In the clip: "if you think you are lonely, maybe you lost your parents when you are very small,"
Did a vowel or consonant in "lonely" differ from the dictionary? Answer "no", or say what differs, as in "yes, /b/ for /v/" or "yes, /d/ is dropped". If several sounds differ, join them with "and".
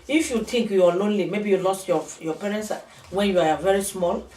no